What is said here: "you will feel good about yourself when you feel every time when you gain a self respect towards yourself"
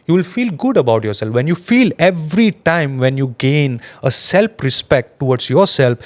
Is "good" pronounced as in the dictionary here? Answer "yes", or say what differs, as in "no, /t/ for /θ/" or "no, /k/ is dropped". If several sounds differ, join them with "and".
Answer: yes